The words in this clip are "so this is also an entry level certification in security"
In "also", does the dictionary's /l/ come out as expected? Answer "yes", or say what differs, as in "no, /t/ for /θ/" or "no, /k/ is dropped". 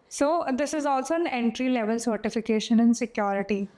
yes